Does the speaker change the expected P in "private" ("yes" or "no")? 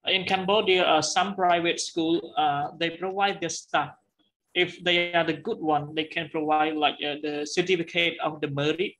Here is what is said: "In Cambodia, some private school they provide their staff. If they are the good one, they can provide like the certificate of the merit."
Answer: no